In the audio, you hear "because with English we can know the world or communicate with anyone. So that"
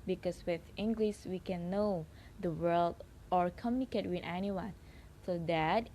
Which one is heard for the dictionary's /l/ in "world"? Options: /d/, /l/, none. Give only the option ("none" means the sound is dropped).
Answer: /l/